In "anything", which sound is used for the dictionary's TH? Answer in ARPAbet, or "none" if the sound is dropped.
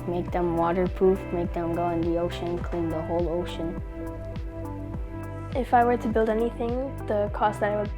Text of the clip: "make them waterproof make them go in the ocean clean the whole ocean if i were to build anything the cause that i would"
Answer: TH